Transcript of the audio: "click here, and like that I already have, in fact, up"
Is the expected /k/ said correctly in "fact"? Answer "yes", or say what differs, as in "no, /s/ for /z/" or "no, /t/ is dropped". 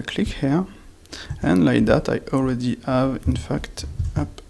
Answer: yes